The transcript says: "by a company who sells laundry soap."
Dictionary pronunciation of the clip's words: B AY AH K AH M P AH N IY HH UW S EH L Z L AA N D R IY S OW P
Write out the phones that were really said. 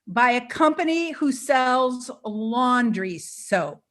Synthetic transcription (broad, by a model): B AY AH K AH M P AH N IY HH UW S EH L Z L AA N D R IY S OW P